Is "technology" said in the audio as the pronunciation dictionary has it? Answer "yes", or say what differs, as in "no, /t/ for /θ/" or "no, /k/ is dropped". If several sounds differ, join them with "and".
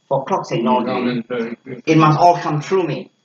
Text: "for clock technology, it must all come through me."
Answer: no, /s/ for /t/ and /k/ is dropped and /l/ is dropped